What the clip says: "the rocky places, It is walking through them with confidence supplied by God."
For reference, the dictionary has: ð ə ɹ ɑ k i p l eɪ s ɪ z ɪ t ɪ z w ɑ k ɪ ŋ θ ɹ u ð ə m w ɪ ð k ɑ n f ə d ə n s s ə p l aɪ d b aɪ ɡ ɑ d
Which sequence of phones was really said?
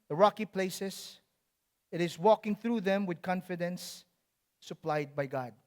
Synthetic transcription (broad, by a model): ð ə ɹ ɑ k i p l eɪ s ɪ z ɪ t ɪ z w ɑ k ɪ ŋ θ ɹ u ð ə m w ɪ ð k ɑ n f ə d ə n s s ə p l aɪ d b aɪ ɡ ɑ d